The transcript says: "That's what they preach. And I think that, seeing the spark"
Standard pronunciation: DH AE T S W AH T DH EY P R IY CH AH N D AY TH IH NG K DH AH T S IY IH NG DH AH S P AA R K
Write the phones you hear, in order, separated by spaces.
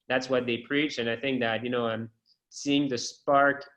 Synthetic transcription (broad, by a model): DH AE T S W AH T DH EY P R IY CH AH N AY TH IH NG K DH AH T S IY IH NG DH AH S P AA R K